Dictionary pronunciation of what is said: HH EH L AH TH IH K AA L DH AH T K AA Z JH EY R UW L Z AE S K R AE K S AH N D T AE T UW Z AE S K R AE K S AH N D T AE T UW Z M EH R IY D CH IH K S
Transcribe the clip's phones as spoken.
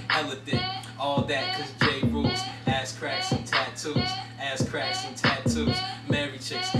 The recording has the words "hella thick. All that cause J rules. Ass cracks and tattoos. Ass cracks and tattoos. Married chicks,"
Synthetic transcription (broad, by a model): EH L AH F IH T AA L DH AH T K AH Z JH EY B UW Z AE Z K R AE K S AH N T AE T UW Z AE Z K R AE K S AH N T AE T UW Z M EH R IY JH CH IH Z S